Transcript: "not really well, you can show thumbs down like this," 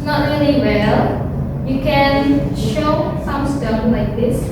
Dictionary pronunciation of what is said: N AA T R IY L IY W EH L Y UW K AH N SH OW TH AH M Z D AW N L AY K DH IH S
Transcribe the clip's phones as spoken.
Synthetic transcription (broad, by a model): N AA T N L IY W EH L Y UW K AH N SH OW S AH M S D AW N L AY K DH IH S